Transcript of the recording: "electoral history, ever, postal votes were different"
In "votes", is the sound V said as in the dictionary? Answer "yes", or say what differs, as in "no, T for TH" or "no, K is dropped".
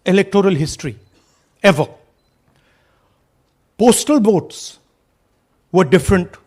no, B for V